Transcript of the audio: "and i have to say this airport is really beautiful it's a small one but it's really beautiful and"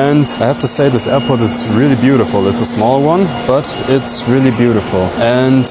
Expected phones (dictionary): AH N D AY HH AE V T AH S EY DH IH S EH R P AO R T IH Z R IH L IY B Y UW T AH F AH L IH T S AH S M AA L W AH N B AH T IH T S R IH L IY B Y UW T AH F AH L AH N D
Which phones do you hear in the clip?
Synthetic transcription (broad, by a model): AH N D AY HH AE F T AH S EY DH IH S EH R P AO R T IH Z R IH L IY B Y UW T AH F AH L IH T S AH S M AA L W AH N B AH T IH T S R IH L IY B Y UW T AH F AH L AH N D